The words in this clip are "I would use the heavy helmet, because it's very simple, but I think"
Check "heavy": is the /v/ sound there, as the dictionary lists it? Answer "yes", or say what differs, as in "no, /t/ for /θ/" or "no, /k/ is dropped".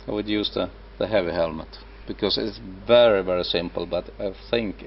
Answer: yes